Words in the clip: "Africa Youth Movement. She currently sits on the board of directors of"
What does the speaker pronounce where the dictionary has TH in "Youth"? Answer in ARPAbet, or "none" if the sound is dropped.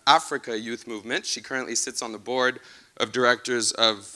TH